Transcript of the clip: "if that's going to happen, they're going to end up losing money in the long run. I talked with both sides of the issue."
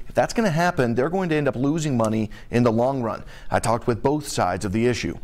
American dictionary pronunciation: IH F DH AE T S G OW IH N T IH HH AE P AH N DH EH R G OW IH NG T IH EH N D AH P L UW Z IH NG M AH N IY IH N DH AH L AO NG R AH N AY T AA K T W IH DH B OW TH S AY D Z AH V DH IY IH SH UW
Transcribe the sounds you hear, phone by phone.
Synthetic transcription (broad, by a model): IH F DH AE T S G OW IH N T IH HH AE P AH N DH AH R G OW IH NG T IH EH N D AH P L UW Z IH NG M AH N IY IH N DH AH L AO NG R AH N AY T AA K T W IH DH B OW TH S AY D Z AH V DH IY IH SH UW